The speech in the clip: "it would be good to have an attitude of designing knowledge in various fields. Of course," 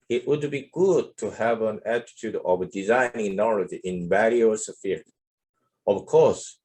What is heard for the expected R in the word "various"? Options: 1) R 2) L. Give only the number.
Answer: 2